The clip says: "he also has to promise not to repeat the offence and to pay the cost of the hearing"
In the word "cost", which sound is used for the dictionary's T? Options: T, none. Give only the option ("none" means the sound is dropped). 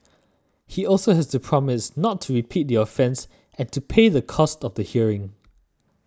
T